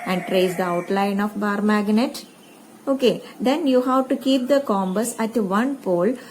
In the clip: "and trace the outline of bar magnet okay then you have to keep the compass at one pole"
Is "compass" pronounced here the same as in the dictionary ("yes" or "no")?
no